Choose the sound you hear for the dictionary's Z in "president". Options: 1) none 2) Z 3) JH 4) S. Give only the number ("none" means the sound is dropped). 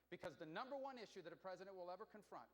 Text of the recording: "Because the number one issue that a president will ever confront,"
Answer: 2